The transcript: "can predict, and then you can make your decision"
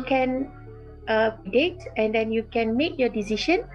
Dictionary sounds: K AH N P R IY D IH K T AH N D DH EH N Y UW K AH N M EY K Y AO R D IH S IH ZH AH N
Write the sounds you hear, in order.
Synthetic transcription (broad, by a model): K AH N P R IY D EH T AH N D EH N Y UW K AH N M EY K Y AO D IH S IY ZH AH N